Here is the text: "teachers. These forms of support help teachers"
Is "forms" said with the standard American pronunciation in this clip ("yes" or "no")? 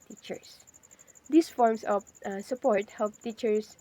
no